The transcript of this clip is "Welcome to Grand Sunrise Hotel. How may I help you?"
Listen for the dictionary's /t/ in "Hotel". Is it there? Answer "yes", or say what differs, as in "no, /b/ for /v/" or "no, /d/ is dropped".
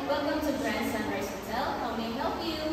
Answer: no, /s/ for /t/